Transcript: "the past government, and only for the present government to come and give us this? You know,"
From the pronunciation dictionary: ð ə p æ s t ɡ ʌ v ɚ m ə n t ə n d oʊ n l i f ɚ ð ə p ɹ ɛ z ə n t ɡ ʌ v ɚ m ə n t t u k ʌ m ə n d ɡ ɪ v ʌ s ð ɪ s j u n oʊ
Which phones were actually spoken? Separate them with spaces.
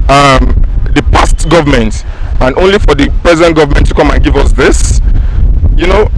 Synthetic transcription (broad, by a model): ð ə p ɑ s t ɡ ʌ v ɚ m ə n t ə n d oʊ n l i f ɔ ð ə p ɹ ɛ z ə n t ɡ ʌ v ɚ m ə n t t u k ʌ m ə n ɡ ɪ v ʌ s ð ɪ s j u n oʊ